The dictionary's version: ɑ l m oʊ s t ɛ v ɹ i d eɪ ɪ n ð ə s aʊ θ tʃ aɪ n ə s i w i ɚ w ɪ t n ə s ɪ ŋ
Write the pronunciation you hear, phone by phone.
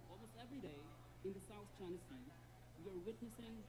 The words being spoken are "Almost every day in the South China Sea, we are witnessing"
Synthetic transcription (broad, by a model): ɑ l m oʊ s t ɛ v ɹ i d eɪ ɪ n ð ə s aʊ θ tʃ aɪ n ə s i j ɚ w ɪ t n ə s ɪ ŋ